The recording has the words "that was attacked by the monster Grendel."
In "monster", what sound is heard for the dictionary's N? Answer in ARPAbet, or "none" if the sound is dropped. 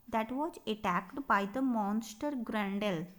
N